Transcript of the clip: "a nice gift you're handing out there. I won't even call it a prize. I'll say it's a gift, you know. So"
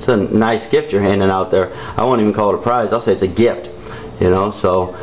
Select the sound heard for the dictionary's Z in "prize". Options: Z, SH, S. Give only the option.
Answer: Z